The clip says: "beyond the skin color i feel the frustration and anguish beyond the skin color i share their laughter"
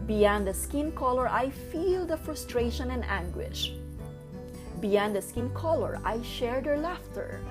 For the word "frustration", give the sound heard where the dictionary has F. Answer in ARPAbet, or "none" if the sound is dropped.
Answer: F